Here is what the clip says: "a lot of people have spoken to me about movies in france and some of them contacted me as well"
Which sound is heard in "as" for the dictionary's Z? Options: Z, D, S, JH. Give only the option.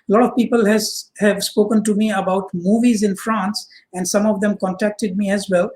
Z